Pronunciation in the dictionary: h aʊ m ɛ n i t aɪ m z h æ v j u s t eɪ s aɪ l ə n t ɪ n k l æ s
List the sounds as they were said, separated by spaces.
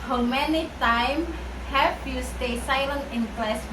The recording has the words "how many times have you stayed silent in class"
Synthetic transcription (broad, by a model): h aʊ m ɛ n i t aɪ m h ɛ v j u s t eɪ s aɪ l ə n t ɪ n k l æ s